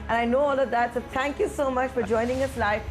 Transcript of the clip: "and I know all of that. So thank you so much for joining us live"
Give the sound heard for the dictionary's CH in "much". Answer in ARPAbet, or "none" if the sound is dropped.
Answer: CH